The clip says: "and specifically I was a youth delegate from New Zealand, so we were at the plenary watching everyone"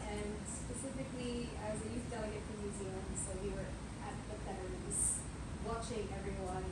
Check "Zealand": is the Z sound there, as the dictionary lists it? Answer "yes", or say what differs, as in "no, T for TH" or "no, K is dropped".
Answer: yes